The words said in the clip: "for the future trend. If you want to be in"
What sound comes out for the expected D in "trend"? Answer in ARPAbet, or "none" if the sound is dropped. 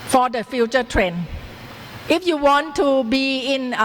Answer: none